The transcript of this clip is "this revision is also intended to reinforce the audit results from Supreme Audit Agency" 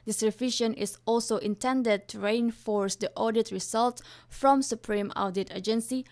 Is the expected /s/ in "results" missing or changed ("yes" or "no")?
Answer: yes